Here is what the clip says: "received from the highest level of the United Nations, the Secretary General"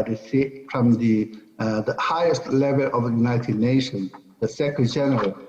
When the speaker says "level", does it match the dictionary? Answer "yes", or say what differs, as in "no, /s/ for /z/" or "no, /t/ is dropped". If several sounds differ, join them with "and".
yes